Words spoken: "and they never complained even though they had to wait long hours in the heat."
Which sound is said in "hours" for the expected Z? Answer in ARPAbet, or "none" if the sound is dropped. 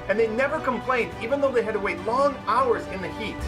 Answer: Z